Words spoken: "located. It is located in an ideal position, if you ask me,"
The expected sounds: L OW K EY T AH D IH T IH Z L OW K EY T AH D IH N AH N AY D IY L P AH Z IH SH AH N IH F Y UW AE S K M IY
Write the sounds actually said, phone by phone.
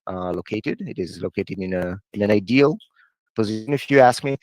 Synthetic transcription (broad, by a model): L OW K EY T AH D IH T IH Z L OW K EY T AH D IH N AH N AY D IY L P AH Z IH SH AH N IH F Y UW AE S K M IY